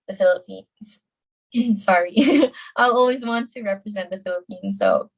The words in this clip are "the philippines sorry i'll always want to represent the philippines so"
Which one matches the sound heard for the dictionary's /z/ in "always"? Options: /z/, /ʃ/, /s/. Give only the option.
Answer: /z/